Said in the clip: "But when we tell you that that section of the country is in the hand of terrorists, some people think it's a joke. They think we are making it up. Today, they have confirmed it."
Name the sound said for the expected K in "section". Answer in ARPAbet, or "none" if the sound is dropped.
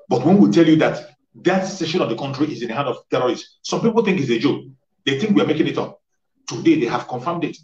none